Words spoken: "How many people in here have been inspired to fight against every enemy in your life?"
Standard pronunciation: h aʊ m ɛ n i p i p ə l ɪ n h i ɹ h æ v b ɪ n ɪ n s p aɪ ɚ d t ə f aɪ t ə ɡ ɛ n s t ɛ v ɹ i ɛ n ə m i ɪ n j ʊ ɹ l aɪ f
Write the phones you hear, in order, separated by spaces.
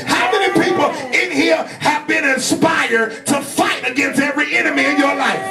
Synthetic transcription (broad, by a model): h aʊ m ɛ n i p i p l ɪ n h i ɹ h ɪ v b ɪ n ɪ n s p aɪ ɚ d t ə f aɪ t ə ɡ ɛ n s t ɛ v ɹ i ɛ n ə m i ɪ n j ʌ ɹ l aɪ f